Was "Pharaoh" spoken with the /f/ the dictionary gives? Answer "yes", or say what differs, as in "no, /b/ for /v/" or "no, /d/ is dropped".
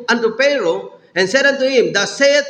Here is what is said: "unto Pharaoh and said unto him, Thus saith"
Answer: no, /p/ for /f/